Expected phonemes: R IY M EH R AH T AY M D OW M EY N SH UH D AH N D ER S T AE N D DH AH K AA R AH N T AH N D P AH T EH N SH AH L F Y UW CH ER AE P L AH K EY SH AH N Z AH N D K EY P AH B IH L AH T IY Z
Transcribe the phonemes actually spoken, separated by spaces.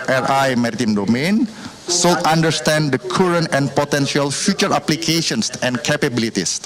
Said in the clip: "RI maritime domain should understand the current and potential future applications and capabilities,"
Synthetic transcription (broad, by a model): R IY M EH R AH T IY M D OW M EY N S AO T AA N D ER S T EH N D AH K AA R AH N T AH N P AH T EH N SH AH L F Y UW CH ER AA P L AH K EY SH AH N S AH N K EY P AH B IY L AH T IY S